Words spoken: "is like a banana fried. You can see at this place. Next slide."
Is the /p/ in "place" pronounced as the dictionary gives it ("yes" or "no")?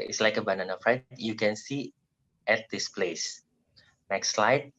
yes